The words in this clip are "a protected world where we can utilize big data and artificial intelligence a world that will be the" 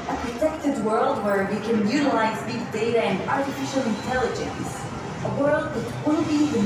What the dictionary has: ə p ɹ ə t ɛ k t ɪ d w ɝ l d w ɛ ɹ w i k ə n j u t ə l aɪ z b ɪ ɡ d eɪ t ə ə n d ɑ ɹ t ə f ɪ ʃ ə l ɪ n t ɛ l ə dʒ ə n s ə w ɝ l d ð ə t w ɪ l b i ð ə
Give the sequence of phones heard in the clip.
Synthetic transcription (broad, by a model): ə p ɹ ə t ɛ k t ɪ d w ɝ l d w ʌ ɹ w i k ə n j u t ə l aɪ z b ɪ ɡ d eɪ t ə ə n d ɑ ɹ t ə f ɪ ʃ ə l ɪ n t ɛ l ə dʒ ə n s ə w ɝ l d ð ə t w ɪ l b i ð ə